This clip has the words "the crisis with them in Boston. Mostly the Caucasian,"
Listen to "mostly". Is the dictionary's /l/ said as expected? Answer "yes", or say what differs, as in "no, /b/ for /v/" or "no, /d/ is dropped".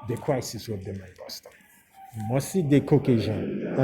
no, /l/ is dropped